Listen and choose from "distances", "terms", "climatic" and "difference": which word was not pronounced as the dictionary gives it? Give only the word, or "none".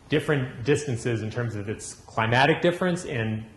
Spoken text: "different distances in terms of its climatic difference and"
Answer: none